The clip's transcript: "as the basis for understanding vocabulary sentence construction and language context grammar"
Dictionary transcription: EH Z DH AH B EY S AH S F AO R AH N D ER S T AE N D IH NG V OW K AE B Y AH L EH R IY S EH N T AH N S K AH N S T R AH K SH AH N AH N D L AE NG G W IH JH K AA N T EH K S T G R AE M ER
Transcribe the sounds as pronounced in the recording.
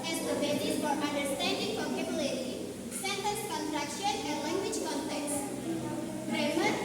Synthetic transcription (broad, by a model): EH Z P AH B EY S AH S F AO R AH N D ER S T AE N D IH NG F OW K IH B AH L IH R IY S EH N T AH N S K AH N T R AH K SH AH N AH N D L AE NG G W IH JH K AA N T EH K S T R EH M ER